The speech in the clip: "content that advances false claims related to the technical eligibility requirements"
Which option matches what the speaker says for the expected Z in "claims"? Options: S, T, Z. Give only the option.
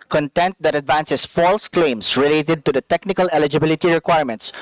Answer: S